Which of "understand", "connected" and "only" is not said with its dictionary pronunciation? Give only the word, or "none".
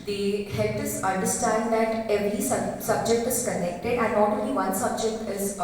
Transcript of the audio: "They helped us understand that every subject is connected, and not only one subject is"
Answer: only